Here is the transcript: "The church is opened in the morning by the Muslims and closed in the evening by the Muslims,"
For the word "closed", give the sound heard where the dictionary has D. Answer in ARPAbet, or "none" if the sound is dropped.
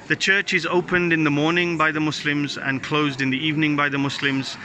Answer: D